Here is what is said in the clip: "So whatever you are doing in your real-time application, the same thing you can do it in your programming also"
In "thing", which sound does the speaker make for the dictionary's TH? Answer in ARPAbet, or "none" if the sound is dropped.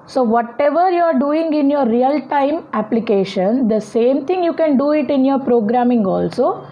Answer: T